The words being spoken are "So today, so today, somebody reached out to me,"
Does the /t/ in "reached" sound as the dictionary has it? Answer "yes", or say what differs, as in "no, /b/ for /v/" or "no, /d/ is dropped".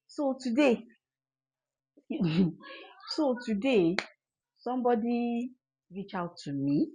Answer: no, /t/ is dropped